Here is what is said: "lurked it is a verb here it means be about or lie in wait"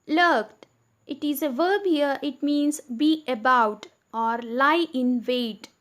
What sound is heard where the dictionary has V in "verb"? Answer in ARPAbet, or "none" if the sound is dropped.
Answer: V